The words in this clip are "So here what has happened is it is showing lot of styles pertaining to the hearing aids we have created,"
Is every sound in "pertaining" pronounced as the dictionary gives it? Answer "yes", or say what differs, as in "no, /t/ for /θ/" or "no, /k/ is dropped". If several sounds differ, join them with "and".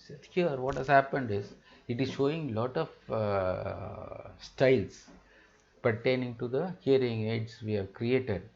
yes